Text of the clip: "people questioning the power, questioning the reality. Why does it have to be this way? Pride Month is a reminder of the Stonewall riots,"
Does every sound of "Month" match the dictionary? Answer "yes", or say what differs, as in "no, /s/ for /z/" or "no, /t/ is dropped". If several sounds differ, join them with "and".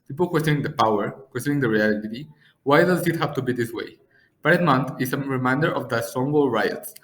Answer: no, /t/ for /θ/